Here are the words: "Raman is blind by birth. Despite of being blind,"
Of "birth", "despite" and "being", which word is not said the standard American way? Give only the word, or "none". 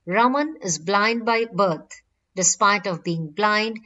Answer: birth